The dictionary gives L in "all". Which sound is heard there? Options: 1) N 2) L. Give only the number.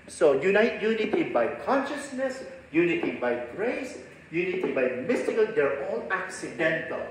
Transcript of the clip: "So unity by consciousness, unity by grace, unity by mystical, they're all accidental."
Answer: 1